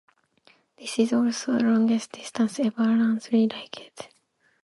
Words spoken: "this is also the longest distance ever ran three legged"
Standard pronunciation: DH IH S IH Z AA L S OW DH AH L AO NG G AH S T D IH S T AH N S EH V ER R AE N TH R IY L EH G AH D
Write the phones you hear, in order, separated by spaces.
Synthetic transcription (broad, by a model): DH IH S IH Z AA L S OW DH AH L AO NG G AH S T D IH S T AH N S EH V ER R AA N S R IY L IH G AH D